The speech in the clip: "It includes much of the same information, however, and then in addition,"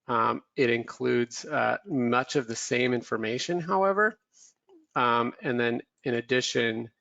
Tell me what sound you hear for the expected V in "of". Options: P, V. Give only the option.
V